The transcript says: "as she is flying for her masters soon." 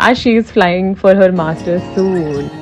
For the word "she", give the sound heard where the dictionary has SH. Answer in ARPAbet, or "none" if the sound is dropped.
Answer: SH